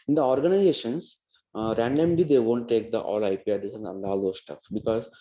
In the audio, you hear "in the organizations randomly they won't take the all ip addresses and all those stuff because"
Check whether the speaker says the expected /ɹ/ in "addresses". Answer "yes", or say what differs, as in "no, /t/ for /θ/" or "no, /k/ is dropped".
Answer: no, /ɹ/ is dropped